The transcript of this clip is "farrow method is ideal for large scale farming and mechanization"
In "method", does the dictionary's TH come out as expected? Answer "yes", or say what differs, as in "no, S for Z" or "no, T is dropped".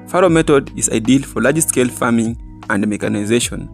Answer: no, T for TH